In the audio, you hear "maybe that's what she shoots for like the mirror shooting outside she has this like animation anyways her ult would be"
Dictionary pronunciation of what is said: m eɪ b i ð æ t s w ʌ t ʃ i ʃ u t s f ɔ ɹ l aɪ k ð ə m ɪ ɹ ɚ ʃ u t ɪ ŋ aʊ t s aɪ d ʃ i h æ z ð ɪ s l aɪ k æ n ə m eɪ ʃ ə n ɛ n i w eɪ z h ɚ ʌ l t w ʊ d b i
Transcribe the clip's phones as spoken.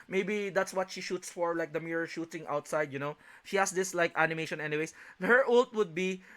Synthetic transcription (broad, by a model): m eɪ b i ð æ t s w ʌ t ʃ i ʃ u t s f ɔ ɹ l aɪ k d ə m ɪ ɹ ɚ ʃ u t ɪ ŋ aʊ t s aɪ d ʃ i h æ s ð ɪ s l aɪ k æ n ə m eɪ ʃ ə n ɛ n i w eɪ s h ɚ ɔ l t w ʊ d b i